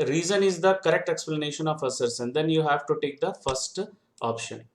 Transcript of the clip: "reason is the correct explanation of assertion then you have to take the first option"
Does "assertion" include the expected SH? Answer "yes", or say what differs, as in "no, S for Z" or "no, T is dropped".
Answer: no, S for SH